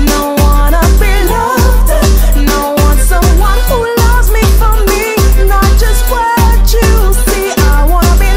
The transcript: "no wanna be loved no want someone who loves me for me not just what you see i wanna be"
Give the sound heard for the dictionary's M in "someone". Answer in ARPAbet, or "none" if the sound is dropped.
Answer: M